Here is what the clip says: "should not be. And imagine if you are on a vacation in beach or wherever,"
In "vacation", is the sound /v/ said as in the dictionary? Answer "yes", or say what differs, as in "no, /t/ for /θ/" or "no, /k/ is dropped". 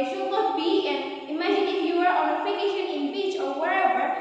no, /f/ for /v/